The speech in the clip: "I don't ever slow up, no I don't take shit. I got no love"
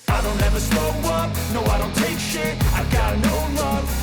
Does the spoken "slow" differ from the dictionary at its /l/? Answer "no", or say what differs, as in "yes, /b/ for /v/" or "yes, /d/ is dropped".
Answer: yes, /l/ is dropped